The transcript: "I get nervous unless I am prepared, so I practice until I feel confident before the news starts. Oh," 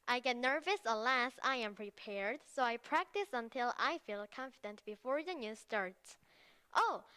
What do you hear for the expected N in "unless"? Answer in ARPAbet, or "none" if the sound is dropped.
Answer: none